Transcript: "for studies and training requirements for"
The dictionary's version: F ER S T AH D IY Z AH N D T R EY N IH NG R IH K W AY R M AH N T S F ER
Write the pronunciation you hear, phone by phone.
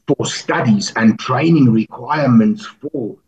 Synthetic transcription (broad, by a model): F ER S T AH D IY Z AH N T R EY N IH NG R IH K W AY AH M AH N T S F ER